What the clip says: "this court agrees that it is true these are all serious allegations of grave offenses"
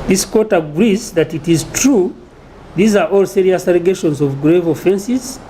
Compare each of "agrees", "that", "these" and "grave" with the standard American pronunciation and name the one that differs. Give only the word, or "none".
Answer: none